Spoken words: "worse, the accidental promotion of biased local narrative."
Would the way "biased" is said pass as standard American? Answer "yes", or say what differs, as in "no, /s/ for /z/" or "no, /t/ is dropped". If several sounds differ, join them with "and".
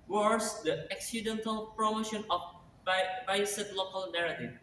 no, /s/ is dropped